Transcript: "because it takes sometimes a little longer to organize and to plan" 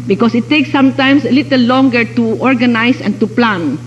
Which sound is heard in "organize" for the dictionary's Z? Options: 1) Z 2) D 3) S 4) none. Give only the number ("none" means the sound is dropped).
3